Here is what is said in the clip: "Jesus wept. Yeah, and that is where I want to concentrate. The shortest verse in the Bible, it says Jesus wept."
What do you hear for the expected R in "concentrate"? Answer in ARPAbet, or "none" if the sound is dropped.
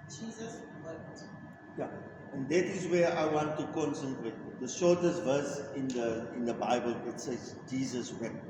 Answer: W